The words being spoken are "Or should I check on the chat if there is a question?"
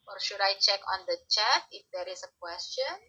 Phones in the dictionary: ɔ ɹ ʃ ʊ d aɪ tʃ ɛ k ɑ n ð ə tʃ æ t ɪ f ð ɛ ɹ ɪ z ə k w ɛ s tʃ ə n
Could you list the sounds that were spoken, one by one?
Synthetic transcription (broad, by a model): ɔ ɹ ʃ ʊ d aɪ tʃ ɛ k ɑ n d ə tʃ æ t ɪ f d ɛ ɹ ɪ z ə k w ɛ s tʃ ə n